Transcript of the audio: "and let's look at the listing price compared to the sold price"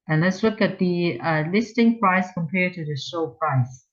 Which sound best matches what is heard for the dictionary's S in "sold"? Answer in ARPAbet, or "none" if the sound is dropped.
SH